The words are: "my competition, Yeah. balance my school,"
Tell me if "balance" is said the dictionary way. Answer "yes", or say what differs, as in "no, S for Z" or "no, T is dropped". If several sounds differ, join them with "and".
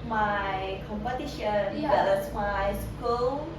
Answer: no, N is dropped